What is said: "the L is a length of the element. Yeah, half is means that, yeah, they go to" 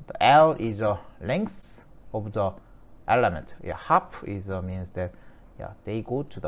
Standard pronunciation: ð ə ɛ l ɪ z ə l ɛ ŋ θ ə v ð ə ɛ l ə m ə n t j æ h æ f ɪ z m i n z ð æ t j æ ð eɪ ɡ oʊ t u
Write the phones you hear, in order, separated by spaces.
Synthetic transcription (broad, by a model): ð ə ɛ l ɪ z ə l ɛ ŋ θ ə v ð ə ɛ l ə m ə n t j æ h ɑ p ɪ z m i n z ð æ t j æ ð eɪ ɡ oʊ t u